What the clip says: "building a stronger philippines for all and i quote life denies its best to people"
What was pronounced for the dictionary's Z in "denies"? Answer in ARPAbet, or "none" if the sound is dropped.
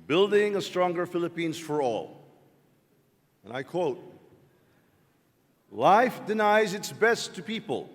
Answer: Z